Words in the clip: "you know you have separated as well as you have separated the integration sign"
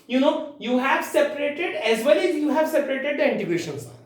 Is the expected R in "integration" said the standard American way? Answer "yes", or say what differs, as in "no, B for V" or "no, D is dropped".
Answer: no, R is dropped